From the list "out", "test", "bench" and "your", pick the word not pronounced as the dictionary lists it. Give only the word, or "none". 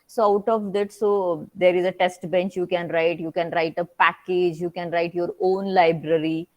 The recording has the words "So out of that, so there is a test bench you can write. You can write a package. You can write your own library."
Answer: none